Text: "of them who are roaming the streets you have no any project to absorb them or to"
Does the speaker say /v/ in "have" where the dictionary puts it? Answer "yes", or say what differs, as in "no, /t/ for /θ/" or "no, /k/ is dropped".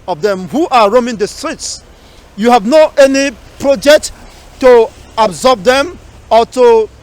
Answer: yes